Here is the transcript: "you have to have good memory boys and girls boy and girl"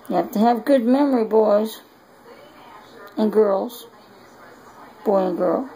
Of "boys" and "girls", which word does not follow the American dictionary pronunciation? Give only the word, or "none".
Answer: none